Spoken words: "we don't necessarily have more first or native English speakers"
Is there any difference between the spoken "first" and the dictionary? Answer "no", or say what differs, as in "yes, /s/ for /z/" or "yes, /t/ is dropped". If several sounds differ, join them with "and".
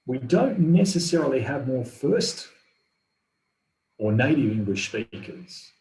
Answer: no